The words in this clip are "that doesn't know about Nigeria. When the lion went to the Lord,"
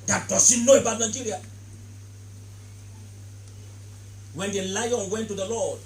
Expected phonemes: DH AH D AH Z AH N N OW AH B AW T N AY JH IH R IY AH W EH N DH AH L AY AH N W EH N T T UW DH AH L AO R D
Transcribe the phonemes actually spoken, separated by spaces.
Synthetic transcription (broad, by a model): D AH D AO S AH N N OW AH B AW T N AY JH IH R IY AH W EH N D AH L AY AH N W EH N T T UW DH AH L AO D